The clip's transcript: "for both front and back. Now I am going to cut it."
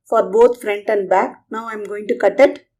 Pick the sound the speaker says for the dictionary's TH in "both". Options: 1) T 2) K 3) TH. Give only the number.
1